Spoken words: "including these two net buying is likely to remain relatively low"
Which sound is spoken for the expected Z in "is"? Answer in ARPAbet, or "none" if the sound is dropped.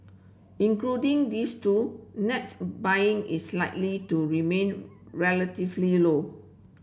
S